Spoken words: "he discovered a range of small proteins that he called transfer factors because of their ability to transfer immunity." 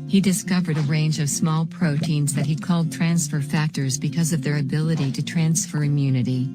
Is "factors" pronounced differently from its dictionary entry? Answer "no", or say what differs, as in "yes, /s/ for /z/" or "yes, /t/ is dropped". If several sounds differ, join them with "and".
no